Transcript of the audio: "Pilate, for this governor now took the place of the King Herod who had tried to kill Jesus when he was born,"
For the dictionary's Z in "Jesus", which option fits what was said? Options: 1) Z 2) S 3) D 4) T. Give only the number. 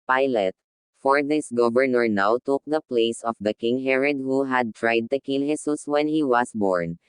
2